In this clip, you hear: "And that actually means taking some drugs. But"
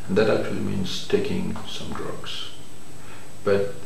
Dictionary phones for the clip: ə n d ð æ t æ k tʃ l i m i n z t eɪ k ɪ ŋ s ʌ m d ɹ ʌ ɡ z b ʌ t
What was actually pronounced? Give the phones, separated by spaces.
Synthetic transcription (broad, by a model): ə n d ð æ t æ k tʃ l i m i n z t eɪ k ɪ ŋ s ʌ m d ɹ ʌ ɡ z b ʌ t